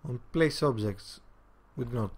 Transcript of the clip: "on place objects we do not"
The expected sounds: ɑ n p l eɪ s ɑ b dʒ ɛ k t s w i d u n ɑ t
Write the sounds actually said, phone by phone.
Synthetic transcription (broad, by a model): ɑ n p l eɪ s ɑ b dʒ ɛ k t s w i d n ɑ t